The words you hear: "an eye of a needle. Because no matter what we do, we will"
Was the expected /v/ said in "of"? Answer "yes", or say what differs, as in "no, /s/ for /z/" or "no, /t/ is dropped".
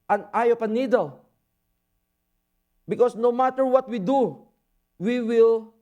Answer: no, /p/ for /v/